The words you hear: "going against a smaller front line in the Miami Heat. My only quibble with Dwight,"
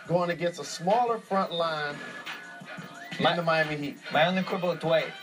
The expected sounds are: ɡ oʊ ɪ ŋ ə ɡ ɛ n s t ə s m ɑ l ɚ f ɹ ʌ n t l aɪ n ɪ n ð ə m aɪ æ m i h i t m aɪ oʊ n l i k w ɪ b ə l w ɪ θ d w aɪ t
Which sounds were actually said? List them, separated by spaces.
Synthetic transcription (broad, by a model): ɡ oʊ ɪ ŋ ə ɡ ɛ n s ə s m ɑ l ɚ f ɹ ʌ n t l aɪ n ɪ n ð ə m aɪ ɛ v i h i t m aɪ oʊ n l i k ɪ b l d w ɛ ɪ